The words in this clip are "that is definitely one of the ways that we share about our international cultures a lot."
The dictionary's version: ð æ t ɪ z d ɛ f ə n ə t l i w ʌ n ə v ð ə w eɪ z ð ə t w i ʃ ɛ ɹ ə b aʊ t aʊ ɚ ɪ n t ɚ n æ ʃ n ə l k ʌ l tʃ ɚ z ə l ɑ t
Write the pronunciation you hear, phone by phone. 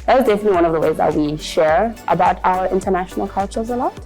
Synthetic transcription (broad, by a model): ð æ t ɪ z d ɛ f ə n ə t l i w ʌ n ə v ð ə w eɪ z ð ə t w i ʃ ɛ ɹ ə b aʊ t aʊ ɚ ɪ n t ɚ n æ ʃ n l k ʌ l tʃ ɚ z ə l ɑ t